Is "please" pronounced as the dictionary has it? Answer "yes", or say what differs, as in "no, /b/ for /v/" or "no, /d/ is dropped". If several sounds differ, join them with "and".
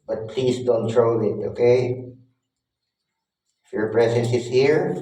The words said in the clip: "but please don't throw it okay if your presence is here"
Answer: no, /s/ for /z/